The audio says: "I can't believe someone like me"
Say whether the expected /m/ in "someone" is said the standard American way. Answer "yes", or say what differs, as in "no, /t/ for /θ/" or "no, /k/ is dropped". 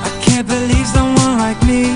no, /m/ is dropped